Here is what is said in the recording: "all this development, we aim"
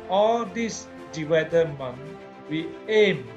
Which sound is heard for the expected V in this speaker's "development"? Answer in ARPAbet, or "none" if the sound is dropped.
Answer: W